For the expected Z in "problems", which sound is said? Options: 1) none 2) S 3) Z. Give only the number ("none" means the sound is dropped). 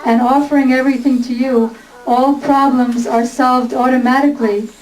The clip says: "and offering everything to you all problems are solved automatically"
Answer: 3